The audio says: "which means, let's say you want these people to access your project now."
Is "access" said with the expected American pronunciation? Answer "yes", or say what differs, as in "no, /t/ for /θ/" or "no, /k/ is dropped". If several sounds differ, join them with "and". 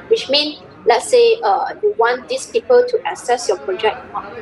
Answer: no, /k/ is dropped